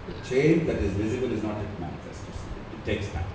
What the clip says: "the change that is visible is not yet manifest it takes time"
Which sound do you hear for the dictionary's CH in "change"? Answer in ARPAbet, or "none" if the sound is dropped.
CH